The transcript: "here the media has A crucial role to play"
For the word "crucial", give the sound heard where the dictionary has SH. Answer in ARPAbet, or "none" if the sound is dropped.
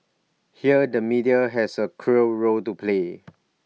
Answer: none